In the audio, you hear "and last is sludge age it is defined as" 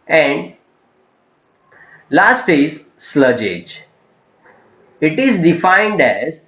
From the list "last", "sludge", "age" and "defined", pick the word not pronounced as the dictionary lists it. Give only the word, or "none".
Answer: none